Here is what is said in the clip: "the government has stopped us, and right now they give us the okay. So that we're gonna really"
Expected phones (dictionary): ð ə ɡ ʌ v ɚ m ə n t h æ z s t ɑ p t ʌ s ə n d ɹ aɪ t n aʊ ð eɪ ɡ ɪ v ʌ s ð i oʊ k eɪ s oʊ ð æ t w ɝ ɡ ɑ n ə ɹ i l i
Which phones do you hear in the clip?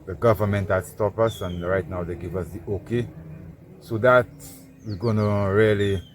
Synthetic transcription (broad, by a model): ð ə ɡ ʌ v ɚ m ə n t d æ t s t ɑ p ʌ s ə n ɹ aɪ t n aʊ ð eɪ ɡ ɪ v ʌ s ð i oʊ k eɪ s oʊ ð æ t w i ɡ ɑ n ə ɹ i l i